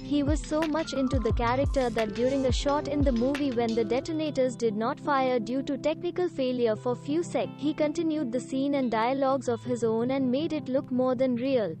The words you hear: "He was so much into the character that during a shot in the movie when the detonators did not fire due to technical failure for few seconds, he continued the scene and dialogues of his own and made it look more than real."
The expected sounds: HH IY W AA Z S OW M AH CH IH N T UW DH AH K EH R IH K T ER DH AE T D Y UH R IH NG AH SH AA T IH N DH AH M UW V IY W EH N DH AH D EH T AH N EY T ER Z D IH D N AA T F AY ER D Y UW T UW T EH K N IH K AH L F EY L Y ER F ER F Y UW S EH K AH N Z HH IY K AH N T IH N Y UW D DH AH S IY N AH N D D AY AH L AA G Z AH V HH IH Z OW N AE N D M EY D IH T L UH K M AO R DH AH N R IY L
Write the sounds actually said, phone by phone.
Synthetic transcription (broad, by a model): HH IY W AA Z S OW M AH CH IH N T UW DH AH K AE R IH K T ER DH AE T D Y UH R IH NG AH SH AA T IH N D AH M UW V IY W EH N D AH D EH T AH N EY T ER Z D IH D N AA T F AY ER D Y UW T UW T EH K N IH K AH L F EY L Y ER F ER F Y UW S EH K HH IY K AH N T IH N Y UW D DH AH S IY N AH N D D AY AH L AA G Z AH V HH IH Z OW N AE N D M EY D IH T L UH K M AO R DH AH N R IY L